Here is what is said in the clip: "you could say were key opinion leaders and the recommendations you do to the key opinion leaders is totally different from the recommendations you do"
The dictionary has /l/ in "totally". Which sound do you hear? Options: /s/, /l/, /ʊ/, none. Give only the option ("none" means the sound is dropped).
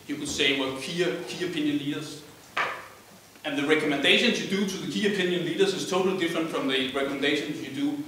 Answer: /l/